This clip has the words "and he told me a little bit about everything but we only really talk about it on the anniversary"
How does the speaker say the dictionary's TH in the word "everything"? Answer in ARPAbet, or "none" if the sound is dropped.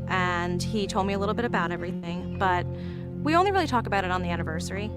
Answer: TH